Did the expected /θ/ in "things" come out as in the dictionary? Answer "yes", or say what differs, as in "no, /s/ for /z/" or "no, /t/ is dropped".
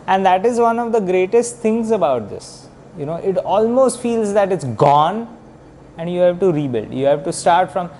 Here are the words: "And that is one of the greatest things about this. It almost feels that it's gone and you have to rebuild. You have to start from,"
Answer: no, /t/ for /θ/